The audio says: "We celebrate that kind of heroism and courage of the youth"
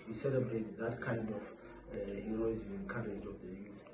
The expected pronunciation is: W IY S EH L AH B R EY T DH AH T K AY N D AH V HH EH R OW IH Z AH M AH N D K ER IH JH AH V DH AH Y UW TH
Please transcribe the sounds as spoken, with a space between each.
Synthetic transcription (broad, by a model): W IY S EH L AH B R EY T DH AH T K AY N D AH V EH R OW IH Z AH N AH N K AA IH JH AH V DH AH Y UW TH